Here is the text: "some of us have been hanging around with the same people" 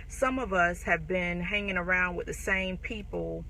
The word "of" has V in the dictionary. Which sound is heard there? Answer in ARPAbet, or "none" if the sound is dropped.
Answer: V